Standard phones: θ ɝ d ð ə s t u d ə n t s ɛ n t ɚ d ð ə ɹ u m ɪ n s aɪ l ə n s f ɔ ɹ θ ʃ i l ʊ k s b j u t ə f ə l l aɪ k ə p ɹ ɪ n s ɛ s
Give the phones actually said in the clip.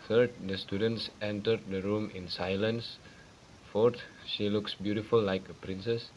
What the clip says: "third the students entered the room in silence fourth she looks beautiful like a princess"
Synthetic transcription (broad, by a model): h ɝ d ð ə s t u d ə n t s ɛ n t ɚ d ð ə ɹ u m ɪ n s aɪ l ə n s f ɔ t ʃ i l ʊ k s b j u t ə f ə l l aɪ k ə p ɹ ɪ n s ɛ s